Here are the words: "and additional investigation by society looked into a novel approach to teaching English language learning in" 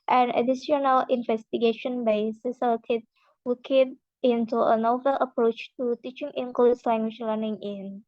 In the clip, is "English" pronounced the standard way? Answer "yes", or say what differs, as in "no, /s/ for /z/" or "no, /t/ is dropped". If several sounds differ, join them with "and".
no, /s/ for /ʃ/